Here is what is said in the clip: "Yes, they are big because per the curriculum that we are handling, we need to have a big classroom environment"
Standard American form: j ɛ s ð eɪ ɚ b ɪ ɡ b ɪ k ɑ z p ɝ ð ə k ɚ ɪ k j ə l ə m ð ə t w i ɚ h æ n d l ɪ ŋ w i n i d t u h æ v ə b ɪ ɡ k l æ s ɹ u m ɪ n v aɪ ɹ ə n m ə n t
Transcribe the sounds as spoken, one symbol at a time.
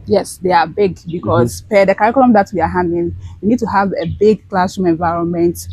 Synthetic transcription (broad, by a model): j ɛ s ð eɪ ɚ b ɪ ɡ b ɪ k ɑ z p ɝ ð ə k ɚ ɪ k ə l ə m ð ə t w i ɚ h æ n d ɪ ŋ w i n i d t u h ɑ v ə b ɪ ɡ k l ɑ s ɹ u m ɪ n v aɪ ɹ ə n m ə n t